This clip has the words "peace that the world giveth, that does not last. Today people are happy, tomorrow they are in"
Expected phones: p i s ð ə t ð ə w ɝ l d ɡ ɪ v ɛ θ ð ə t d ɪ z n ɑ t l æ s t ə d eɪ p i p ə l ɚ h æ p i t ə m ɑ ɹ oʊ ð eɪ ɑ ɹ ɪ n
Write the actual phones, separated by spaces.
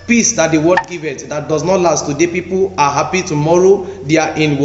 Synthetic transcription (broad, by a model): p i s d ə t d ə w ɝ d ɡ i v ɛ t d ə t d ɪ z n ɑ t l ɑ s t ə d eɪ p i p ə l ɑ h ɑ p i t ə m ɑ ɹ oʊ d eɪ ɑ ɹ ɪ n